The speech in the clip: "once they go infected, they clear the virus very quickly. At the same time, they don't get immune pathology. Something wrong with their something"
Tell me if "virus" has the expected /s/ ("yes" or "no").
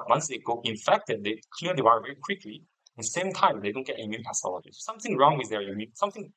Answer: no